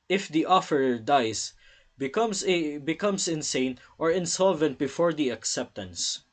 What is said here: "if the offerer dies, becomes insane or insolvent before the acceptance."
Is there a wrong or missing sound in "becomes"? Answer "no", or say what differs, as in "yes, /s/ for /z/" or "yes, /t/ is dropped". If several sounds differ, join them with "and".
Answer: yes, /s/ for /z/